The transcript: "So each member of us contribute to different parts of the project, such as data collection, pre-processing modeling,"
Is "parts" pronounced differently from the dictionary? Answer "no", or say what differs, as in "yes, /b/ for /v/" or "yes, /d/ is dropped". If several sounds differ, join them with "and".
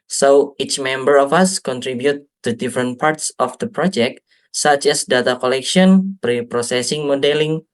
no